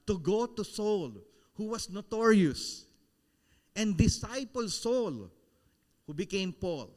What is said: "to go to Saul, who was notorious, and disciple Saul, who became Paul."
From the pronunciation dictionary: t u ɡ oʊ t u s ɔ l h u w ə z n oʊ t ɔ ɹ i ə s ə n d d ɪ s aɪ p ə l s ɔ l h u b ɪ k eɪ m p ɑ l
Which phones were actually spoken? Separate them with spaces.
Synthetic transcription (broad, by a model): t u ɡ oʊ t u s ɔ l h u w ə s n oʊ t ɔ ɹ i ə s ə n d d ɪ s aɪ p ə l s ɔ l h u b ɪ k eɪ m p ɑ l